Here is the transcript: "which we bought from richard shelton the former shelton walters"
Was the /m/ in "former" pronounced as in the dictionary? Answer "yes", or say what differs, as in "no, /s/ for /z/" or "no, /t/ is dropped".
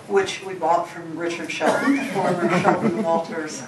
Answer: no, /m/ is dropped